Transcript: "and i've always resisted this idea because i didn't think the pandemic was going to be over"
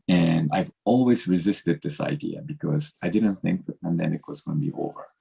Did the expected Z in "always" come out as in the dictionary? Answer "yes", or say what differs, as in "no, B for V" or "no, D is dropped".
yes